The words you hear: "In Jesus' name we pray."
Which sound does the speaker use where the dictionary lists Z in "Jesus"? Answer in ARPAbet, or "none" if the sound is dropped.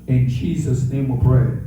Z